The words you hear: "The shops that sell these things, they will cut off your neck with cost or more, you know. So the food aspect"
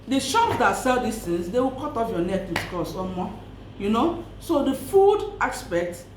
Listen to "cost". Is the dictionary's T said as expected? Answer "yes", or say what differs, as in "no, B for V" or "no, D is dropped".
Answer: no, T is dropped